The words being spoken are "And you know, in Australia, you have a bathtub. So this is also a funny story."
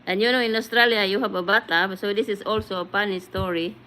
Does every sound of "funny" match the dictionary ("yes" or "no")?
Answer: no